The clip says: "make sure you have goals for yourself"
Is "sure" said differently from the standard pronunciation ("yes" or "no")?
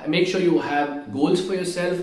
no